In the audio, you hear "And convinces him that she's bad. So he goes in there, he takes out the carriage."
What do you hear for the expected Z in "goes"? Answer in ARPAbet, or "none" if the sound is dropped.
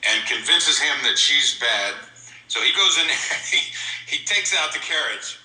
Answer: Z